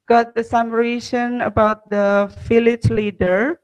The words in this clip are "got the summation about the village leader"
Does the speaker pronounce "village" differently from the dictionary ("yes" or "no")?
yes